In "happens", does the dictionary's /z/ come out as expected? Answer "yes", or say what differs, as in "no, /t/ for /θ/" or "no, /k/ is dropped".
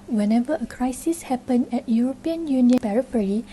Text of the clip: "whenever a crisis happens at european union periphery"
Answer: no, /z/ is dropped